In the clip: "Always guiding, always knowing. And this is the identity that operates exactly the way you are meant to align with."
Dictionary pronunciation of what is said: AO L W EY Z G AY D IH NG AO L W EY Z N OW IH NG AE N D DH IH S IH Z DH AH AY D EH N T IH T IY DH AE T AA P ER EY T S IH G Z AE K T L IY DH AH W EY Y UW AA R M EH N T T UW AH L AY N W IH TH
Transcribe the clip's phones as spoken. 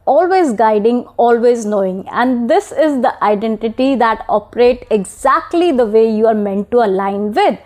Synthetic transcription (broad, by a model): AO L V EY Z G AY D IH NG AO L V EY Z N OW IH NG AE N D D IH S IH Z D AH AY D EH N T IH T IY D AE T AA P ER EY T IH G Z AE K T L IY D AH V EY Y UW AA R M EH N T T UW AH L AY N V IH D